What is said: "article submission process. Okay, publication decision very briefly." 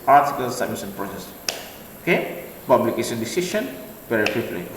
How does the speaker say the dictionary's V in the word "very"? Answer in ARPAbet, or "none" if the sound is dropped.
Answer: P